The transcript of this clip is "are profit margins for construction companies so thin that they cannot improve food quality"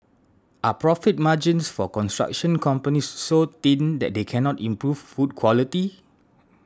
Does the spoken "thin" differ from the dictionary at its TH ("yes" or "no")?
yes